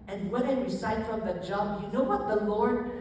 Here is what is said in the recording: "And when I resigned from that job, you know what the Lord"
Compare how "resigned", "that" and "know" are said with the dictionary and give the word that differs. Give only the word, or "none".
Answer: resigned